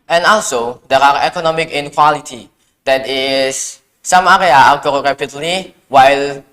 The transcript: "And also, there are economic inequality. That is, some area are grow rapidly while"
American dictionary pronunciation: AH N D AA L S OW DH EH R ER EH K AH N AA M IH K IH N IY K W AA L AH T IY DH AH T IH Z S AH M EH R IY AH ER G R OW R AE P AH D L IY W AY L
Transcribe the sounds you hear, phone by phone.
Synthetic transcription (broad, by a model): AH N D AA L S OW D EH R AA EH K AH N AA M IH K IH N K W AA L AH T IY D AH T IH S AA M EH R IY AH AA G OW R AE P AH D L IY W AY L